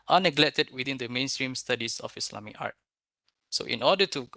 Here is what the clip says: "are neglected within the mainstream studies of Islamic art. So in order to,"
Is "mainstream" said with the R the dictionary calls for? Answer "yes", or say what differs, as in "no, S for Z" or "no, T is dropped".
yes